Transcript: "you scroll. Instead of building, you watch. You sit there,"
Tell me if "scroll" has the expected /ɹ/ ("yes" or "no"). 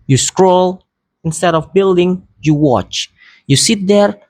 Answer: yes